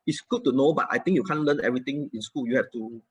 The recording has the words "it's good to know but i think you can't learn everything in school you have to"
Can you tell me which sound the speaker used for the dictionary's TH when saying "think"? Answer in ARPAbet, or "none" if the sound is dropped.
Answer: T